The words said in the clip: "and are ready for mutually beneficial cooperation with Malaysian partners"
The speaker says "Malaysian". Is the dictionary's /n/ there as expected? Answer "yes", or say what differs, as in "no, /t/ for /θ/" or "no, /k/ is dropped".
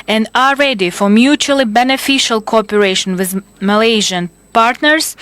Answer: yes